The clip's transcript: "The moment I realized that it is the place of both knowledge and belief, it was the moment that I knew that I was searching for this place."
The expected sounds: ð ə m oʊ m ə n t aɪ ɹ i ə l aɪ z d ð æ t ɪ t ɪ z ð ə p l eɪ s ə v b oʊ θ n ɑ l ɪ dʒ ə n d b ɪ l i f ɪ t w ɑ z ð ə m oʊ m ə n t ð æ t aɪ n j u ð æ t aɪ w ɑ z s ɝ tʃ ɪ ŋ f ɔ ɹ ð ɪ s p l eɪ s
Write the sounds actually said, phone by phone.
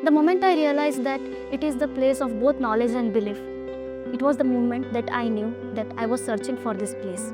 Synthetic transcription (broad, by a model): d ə m oʊ m ə n t aɪ ɹ i ə l aɪ z d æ t ɪ t ɪ z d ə p l eɪ s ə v b oʊ t n ɑ l ɪ dʒ ə n d b ɪ l i f ɪ t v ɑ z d ə m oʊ m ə n t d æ t aɪ n j u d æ t aɪ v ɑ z s ɝ tʃ ɪ ŋ f ɔ ɹ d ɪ s p l eɪ s